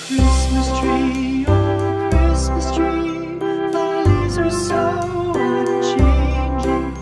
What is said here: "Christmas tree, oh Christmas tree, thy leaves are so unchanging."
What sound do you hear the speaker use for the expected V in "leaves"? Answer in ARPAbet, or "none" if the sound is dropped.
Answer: none